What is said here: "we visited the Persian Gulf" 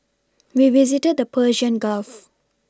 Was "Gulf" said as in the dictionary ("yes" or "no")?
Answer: yes